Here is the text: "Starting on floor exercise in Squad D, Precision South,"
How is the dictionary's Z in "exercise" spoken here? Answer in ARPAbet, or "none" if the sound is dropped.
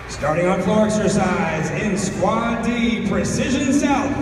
Z